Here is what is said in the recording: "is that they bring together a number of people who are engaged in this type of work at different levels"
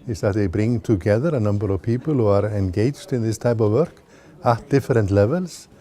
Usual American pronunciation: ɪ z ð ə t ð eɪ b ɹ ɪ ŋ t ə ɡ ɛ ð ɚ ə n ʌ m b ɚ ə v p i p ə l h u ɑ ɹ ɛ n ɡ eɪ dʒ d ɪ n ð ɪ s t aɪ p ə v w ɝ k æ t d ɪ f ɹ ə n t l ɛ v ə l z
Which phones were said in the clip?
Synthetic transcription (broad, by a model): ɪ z ð ə t ð eɪ b ɹ ɪ ŋ t ə ɡ ɛ ð ɚ ə n ʌ m b ɚ ə v p i p ə l h u ɑ ɹ ɛ n ɡ eɪ dʒ d ɪ n ð ɪ s t aɪ p ə v w ɝ k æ t d ɪ f ɹ ə n t l ɛ v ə l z